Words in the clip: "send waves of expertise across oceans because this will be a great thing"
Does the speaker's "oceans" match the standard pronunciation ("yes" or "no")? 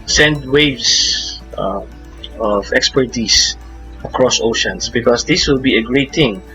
no